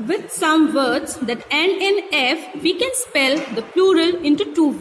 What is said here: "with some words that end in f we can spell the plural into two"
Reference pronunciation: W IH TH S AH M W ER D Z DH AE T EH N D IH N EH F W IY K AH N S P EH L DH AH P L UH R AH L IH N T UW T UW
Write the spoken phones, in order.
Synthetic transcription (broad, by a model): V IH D S AH M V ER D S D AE T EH N IH N EH F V IY K AH N S P EH L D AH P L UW R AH L IH N T UW T UW